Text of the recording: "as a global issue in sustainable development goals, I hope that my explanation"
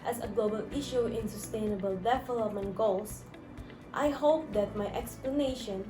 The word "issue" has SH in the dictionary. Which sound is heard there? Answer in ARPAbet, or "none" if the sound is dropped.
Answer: SH